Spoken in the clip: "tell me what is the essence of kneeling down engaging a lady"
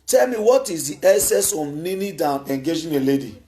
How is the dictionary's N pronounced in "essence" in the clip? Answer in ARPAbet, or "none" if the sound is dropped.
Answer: none